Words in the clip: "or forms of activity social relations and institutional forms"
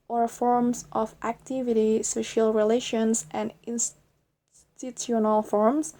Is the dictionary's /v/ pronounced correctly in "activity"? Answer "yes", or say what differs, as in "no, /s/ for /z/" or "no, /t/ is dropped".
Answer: yes